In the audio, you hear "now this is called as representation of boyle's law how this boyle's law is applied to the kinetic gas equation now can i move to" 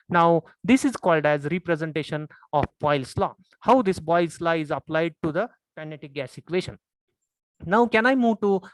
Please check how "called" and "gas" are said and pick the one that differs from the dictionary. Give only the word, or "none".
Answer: none